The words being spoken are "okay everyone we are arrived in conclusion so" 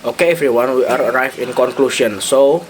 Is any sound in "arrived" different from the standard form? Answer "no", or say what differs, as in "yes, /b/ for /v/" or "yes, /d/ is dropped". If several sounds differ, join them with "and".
yes, /d/ is dropped